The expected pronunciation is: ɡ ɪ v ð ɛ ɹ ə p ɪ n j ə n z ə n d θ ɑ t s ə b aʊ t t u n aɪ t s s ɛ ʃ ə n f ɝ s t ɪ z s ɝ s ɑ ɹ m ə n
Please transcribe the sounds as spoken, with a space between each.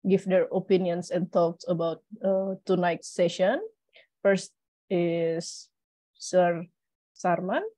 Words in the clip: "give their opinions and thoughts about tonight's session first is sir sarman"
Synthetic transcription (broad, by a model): ɡ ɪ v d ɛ ɹ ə p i n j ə n s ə n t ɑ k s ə b aʊ t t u n aɪ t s s ɛ ʃ ə n f ɝ s t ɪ s ɝ s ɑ ɹ m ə n